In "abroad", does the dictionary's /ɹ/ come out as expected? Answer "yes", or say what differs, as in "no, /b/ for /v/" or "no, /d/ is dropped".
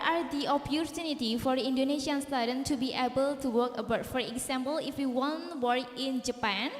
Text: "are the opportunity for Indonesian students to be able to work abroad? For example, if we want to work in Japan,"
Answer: no, /ɹ/ is dropped